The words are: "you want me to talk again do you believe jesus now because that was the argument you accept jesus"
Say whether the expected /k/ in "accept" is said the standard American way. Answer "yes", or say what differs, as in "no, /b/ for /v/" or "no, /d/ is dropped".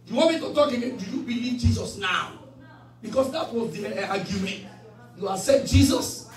no, /k/ is dropped